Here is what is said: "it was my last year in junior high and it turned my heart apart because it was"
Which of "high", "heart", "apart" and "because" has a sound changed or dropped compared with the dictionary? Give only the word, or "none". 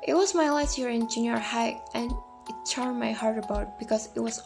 apart